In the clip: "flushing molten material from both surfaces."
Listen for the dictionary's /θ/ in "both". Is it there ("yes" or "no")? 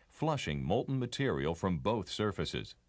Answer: yes